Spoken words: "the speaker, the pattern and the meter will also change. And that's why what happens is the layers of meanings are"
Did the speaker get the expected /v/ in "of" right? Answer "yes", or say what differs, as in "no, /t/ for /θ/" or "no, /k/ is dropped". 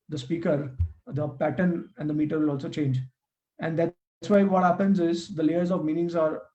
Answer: yes